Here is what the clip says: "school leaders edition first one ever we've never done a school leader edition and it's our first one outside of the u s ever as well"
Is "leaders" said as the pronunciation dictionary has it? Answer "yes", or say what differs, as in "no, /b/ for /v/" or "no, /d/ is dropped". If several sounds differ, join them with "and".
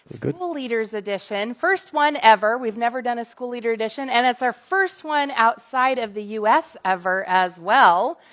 yes